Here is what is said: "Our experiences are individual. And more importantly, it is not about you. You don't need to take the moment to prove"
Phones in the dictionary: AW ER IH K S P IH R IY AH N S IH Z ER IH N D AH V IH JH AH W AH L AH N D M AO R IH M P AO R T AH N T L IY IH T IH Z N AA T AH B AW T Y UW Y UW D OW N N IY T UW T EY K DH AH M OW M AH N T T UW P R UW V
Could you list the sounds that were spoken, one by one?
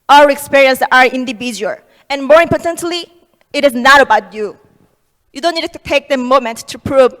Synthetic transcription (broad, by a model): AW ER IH K S P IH R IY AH N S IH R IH N D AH V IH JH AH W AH L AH N M AO R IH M P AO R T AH N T L IY IH T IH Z N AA T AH B AW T Y UW Y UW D OW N N IY T UW T EY K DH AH M OW M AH N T T UW P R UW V